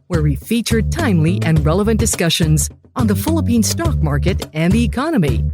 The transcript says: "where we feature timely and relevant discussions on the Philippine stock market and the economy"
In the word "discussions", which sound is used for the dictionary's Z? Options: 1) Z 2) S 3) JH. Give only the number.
1